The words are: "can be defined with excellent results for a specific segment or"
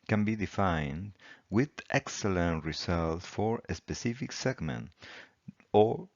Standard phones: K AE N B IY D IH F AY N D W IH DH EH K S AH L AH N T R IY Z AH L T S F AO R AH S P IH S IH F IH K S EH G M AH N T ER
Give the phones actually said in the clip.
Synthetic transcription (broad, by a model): K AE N B IY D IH F AY N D W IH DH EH K S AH L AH N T R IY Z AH L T F AO R AH S P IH S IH F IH K S EH G M AH N T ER